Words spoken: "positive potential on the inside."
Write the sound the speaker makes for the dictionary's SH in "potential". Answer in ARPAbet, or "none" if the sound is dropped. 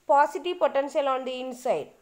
S